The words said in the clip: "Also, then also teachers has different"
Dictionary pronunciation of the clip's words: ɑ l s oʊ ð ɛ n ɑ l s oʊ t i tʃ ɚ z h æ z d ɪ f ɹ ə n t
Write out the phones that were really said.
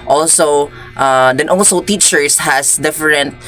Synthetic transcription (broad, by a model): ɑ l s oʊ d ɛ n ɑ l s oʊ t i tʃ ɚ s h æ s d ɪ f ɹ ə n t